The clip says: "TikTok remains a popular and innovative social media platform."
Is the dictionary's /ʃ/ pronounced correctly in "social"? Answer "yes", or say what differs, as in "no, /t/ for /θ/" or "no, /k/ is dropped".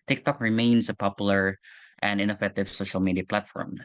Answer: yes